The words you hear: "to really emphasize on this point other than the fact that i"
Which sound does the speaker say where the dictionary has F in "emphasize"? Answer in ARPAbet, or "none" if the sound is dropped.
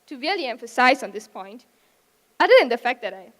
F